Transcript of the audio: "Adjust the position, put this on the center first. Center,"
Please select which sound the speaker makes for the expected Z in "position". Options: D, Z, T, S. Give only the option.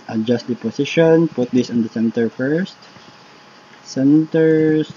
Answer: S